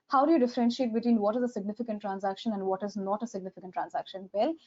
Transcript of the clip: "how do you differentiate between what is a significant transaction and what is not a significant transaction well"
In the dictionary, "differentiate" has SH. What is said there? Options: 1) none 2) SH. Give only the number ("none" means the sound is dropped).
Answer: 2